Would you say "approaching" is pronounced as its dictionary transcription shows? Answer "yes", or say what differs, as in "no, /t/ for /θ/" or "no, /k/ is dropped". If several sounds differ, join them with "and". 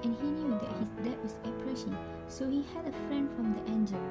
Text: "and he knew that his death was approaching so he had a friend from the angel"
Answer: no, /ʃ/ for /tʃ/